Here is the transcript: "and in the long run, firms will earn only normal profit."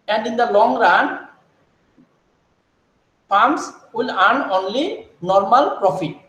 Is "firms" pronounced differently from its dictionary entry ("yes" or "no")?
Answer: yes